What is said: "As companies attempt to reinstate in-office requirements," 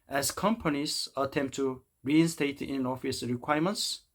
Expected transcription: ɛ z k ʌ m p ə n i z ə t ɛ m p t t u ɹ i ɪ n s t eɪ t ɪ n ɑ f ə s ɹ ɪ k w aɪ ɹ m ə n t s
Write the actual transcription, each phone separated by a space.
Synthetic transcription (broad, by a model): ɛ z k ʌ m p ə n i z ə t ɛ m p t t u ɹ i ɪ n s t eɪ t ɪ n ɑ f ə s ɹ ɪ k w aɪ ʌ m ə n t s